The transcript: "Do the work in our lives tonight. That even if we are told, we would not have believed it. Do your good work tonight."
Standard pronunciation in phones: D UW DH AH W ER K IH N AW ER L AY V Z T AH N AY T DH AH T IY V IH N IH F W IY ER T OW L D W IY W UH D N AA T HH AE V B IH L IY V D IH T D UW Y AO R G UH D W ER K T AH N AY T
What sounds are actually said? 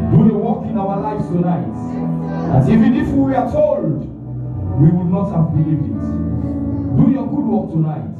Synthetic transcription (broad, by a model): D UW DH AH W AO K IH N AW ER L AY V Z T AH N AY T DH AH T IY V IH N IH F W IY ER T OW L D W IY W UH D N AA T HH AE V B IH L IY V IH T D UW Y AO G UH D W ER K T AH N AY T